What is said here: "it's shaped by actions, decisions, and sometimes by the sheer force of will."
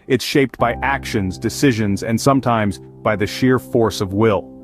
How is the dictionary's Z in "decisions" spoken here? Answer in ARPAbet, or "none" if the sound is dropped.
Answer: Z